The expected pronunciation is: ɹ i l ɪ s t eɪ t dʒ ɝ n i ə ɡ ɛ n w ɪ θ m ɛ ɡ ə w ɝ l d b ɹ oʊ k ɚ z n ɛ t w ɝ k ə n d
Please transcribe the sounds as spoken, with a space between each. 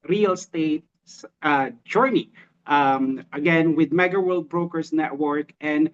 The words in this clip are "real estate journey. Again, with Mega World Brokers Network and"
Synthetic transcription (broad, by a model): ɹ i l s t eɪ t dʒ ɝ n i ə ɡ ɛ n w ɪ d m ɛ ɡ ə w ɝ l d b ɹ oʊ k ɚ s n ɛ t w ɝ k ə n d